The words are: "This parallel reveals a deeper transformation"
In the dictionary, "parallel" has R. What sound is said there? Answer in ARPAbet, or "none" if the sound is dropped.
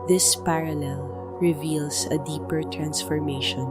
R